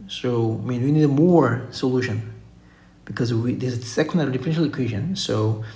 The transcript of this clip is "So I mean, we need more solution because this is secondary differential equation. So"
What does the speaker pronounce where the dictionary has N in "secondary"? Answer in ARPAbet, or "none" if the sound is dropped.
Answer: none